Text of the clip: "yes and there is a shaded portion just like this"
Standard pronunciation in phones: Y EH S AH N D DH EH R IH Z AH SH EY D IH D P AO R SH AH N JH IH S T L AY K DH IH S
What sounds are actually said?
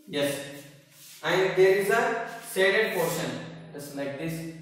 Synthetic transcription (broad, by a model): Y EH S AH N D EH R IH Z AH S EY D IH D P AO R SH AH N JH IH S L AY K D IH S